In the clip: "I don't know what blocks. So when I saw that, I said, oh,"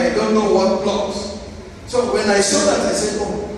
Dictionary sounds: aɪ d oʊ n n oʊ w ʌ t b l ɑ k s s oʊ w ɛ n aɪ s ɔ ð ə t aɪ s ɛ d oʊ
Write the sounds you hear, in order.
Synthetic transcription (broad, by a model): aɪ d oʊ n n oʊ w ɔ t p l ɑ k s s oʊ w ɛ n aɪ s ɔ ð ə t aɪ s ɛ oʊ